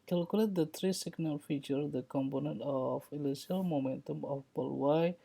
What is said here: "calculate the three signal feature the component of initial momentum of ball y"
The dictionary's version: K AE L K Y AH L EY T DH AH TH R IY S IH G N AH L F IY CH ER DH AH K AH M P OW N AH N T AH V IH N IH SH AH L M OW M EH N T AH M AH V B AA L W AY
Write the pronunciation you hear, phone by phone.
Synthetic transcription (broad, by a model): K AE L K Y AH L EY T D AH T R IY S IH G N AH L F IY CH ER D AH K AH M P OW N AH N T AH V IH L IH S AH L M OW M EH N T AH M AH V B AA L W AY